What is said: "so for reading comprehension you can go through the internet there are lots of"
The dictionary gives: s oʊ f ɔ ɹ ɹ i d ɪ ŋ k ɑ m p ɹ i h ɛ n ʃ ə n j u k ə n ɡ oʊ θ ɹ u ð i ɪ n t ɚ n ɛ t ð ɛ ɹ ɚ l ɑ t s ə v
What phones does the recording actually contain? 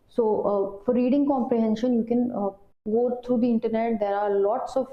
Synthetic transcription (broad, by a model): s oʊ f ɔ ɹ ɹ i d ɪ ŋ k ɑ m p ɹ i h ɛ n ʃ ə n j u k ə n ɡ oʊ t ɹ u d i ɪ n t ɚ n ɛ t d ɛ ɹ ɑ l ɑ t s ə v